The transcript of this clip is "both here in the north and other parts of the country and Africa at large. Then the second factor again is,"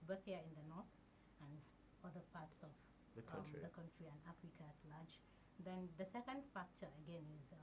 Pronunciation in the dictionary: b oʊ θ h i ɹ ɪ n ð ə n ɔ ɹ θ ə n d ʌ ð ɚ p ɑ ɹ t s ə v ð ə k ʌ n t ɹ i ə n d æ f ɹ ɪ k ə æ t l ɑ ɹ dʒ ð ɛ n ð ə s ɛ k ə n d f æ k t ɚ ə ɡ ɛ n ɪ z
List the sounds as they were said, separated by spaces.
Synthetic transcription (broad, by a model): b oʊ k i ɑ ɪ n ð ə n ɔ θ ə n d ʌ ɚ p ɑ t s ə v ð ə k ʌ n t ɹ i ə n d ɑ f ɹ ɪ k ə t l ɑ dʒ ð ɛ n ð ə s ɛ k ə n d f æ k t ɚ ə ɡ ɛ n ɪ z